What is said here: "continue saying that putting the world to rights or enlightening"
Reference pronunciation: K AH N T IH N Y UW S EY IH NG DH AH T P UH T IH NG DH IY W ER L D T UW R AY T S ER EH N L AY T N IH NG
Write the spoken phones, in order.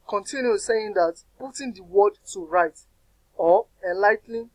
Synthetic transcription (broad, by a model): K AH N T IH N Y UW S EY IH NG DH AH T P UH T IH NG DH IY W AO D T UW R AY T AO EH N L AY T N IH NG